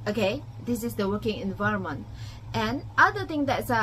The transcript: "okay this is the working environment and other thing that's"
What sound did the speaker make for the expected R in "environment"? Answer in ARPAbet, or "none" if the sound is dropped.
R